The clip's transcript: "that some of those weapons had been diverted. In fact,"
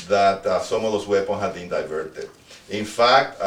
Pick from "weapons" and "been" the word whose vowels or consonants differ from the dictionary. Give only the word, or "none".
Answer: weapons